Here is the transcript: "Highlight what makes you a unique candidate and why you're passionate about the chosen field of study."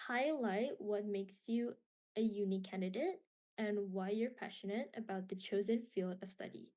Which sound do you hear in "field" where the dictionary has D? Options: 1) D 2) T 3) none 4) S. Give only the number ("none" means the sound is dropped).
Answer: 1